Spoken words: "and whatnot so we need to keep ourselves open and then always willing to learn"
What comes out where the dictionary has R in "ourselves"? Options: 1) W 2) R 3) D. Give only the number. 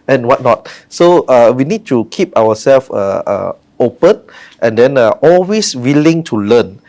1